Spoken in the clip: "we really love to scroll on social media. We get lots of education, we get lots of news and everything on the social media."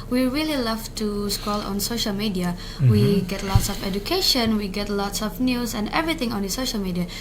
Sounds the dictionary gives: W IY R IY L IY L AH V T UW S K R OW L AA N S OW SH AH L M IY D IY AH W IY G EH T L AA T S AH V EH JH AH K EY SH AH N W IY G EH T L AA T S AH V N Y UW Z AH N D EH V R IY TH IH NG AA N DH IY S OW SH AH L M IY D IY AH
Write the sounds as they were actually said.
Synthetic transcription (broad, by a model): W IY R IY L IY L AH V T UW S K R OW L AA N S OW SH AH L M IY D IY AH W IY G EH T L AA T S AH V EH JH AH K EY SH AH N W IY G EH T L AA T S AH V N Y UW S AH N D EH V R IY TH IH NG AA N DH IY S OW SH AH L M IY D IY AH